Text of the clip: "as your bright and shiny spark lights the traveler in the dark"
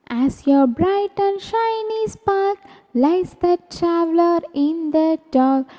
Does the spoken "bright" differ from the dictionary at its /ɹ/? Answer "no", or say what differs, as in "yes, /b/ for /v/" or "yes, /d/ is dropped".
no